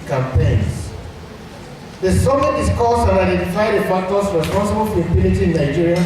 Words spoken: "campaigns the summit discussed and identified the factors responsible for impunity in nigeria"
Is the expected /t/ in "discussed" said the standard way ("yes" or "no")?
no